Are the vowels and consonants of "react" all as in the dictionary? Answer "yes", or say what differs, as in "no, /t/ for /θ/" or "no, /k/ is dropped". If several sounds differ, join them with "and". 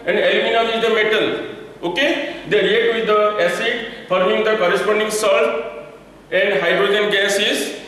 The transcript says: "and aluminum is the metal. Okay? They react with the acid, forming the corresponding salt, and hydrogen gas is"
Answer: no, /k/ is dropped